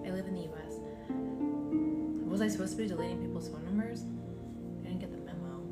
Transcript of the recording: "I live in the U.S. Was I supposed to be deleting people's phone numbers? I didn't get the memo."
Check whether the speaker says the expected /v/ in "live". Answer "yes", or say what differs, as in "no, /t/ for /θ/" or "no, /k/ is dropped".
yes